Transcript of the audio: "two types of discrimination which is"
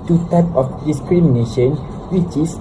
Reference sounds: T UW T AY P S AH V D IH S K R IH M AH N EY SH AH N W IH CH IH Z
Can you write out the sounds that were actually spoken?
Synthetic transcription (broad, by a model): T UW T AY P AH F D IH S K R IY M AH N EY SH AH N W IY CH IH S